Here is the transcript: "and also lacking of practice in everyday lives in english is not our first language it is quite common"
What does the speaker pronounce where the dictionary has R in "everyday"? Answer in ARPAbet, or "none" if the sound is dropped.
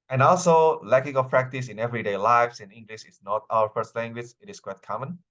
R